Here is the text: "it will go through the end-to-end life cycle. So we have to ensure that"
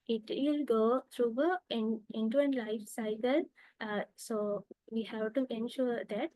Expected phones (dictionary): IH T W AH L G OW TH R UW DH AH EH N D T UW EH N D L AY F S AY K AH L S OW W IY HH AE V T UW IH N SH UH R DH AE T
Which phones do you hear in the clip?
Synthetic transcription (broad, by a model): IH T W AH L G OW T R UW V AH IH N T UW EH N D L AY F S AY K AH L S OW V IY HH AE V T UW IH N SH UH R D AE T